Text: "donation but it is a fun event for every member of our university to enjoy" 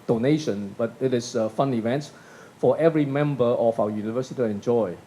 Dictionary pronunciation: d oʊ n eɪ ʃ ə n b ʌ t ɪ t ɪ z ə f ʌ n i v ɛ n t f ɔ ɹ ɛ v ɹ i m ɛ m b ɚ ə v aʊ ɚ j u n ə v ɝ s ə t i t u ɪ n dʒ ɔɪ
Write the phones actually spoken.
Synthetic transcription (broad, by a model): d oʊ n eɪ ʃ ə n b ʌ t ɪ t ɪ s ə f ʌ n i v ɛ n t f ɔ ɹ ɛ v ɹ i m ɛ m b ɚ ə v aʊ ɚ j u n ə v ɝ s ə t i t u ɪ n dʒ ɔɪ